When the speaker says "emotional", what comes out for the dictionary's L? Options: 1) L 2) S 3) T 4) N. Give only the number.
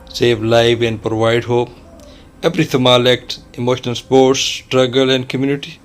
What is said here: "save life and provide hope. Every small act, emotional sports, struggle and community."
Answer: 1